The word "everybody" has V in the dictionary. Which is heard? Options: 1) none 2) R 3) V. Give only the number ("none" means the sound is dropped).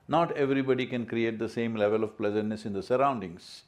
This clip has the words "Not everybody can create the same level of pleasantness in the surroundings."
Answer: 3